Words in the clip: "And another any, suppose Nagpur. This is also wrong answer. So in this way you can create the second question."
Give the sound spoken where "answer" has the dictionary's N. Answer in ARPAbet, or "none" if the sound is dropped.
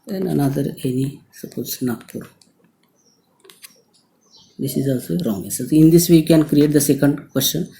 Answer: none